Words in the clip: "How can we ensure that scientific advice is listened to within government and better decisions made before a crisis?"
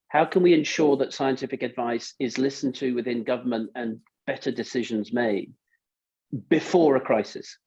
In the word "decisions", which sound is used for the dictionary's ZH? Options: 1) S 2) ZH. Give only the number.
2